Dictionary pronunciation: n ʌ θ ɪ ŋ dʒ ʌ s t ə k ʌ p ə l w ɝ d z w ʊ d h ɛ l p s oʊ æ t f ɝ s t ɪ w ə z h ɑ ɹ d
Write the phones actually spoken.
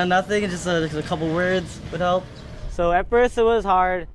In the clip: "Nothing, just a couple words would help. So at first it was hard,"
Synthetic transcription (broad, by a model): n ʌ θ ɪ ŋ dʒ ʌ s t ə k ʌ p l w ɝ d z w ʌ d h ɛ l p s oʊ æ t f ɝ s ɪ w ə z h ɑ ɹ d